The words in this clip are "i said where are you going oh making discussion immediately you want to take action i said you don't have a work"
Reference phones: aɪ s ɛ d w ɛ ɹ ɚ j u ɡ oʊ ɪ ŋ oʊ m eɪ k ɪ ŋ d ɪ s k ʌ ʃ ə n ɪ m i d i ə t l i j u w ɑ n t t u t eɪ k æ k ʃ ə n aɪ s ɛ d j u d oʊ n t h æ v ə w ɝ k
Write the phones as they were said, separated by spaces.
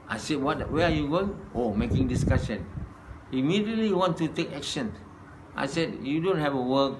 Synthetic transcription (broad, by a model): aɪ s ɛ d w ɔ w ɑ j u ɡ oʊ ɪ ŋ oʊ m eɪ k ɪ ŋ d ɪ s k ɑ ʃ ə n ɪ m i d i ə t l i w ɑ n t t u t eɪ k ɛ k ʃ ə n aɪ s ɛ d j u d oʊ n t h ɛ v ə w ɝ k